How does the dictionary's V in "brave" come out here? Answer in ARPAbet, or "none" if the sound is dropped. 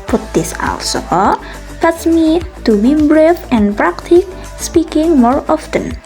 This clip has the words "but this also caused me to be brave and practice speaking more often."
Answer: F